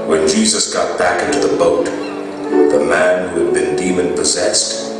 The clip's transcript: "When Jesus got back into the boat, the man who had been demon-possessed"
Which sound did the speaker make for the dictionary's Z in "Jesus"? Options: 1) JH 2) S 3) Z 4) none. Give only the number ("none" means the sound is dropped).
3